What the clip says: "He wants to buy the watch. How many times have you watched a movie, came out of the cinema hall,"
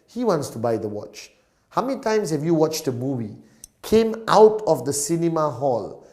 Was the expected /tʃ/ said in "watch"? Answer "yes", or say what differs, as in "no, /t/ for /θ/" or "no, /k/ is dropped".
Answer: yes